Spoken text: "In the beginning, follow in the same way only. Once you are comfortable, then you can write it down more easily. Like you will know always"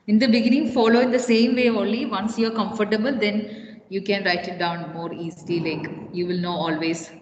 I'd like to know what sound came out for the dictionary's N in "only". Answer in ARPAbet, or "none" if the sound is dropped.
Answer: L